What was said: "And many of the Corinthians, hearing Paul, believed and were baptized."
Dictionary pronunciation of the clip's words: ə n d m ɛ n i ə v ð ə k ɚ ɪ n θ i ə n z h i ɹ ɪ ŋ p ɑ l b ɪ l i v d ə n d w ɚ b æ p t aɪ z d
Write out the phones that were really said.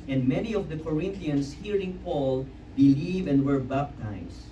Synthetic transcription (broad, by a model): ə n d m ɛ n i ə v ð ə k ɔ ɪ n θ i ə n s h i ɹ ɪ ŋ p ɑ l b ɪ l i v ə n d w ɚ b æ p t aɪ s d